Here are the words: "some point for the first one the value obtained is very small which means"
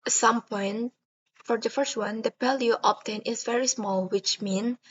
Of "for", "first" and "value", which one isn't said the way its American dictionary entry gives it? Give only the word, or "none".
value